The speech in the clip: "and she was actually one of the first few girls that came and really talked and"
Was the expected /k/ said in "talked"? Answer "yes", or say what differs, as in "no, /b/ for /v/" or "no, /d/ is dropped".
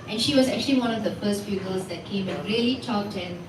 no, /k/ is dropped